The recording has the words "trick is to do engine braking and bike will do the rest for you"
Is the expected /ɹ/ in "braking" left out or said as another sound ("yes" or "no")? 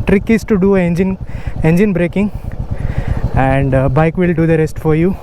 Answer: no